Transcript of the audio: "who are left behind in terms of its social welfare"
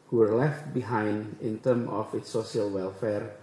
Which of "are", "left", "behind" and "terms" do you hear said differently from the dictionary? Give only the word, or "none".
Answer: terms